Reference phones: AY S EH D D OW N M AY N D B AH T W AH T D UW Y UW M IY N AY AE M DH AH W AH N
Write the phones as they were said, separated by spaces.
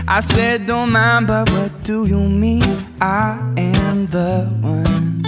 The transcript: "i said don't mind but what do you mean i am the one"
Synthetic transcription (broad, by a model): AY S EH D D OW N M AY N B AH T W AH T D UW Y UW M IY AY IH M DH AH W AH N